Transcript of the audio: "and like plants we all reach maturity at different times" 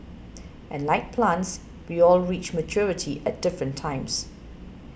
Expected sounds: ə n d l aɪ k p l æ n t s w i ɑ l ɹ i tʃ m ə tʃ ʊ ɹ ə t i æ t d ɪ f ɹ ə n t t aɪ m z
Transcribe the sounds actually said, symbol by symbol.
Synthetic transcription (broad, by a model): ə n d l aɪ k p l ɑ n t s w i ɑ l ɹ i tʃ m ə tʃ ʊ ɹ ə t i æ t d ɪ f ɹ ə n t t aɪ m s